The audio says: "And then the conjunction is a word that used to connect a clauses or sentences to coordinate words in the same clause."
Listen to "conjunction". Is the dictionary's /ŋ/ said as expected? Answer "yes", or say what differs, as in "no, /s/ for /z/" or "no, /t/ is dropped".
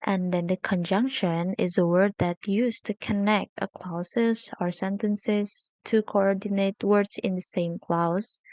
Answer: yes